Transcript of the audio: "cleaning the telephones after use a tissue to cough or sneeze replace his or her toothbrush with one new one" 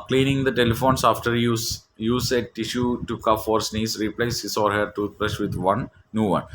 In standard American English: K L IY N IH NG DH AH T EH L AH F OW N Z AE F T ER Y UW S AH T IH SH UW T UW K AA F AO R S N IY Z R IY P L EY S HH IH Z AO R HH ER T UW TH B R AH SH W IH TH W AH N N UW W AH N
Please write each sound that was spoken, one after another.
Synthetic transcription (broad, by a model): K L IY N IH NG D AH T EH L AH F OW N S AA F T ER Y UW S AH T IH SH UW T UW K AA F AO R S N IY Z R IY P L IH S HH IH S AO R HH ER T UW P R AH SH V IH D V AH N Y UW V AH N